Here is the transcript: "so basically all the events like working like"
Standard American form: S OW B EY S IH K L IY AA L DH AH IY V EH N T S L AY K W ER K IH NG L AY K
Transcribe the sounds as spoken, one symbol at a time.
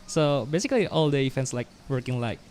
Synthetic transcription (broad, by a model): S OW B EY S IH K L IY AA L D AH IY F EH N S L AY K W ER K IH NG L AY K